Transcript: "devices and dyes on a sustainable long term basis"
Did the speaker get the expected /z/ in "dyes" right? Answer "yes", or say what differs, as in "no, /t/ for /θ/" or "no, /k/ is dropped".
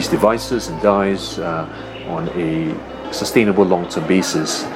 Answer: yes